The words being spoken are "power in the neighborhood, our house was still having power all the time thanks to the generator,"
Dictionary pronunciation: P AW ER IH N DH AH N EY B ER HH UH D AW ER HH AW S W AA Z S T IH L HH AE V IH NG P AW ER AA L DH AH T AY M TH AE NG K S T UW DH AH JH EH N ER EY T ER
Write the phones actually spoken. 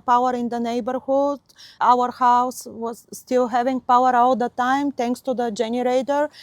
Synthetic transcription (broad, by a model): P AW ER IH N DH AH N EY B ER HH UH D AW ER HH AW S W AA Z S T IH L HH AE V IH NG P AW ER AA L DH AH T AY M T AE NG K S T UW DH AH JH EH N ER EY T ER